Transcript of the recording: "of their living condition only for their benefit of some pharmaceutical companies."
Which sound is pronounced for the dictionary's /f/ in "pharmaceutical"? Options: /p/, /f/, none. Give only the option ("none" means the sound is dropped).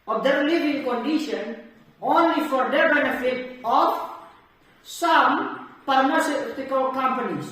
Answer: /p/